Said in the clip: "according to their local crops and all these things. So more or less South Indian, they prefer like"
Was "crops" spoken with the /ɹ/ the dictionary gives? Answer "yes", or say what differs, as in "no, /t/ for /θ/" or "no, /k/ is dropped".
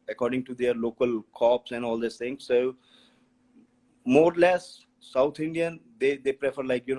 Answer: no, /ɹ/ is dropped